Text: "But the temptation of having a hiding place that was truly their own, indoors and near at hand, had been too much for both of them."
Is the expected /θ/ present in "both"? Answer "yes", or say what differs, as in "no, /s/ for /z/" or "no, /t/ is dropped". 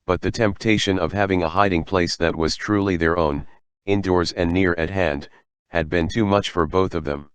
yes